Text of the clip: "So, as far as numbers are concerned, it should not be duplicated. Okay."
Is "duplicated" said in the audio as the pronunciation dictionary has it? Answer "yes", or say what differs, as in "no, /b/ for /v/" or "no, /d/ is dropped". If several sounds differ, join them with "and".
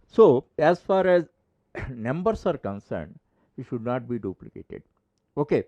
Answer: yes